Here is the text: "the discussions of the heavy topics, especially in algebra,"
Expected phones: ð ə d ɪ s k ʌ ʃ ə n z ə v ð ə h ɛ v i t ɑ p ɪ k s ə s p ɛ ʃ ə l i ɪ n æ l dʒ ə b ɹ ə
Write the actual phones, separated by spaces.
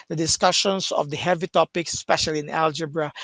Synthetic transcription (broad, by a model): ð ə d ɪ s k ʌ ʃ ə n s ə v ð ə h ɛ v i t ɑ p ɪ k s s p ɛ ʃ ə l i ɪ n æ l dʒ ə b ɹ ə